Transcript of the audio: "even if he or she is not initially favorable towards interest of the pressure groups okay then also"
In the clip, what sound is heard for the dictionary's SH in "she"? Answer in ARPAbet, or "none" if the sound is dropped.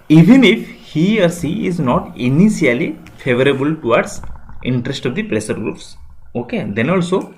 S